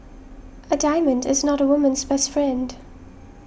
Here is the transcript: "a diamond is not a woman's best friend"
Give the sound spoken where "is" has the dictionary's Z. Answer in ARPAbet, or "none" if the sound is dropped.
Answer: Z